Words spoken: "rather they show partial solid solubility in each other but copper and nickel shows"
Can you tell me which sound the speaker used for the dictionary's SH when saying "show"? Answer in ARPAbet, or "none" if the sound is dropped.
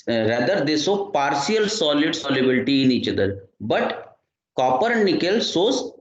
S